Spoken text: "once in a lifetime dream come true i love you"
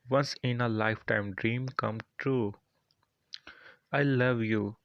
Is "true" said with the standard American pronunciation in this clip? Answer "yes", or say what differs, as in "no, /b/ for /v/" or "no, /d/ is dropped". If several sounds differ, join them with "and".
yes